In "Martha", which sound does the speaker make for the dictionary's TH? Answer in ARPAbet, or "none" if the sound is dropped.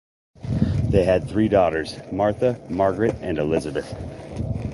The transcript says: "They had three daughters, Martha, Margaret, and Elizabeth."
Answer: TH